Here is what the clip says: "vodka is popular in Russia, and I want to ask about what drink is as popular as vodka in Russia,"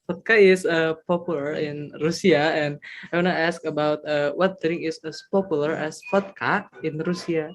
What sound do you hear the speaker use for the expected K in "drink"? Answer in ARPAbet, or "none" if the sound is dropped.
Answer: none